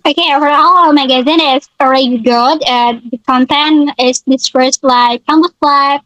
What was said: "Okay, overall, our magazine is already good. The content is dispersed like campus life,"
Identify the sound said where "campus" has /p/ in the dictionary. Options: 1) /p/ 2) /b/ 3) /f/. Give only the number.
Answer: 2